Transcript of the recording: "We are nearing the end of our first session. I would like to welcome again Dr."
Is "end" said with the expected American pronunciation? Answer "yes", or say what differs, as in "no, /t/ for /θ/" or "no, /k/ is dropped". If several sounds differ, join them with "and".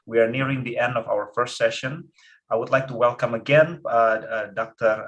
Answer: yes